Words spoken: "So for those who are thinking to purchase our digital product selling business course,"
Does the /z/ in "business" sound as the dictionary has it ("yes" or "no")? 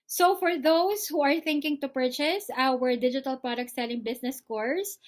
no